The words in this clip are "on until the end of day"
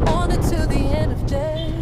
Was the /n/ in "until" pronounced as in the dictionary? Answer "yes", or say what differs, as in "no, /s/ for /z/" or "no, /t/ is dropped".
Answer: no, /n/ is dropped